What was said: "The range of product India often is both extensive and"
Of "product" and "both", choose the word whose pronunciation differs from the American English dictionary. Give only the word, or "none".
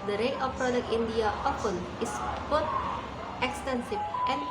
both